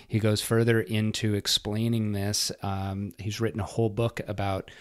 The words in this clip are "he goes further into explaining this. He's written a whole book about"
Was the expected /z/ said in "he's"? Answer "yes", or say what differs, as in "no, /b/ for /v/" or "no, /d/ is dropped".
yes